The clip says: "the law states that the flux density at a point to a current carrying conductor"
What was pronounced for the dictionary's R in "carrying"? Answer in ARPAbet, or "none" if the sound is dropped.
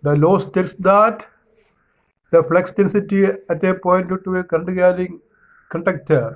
L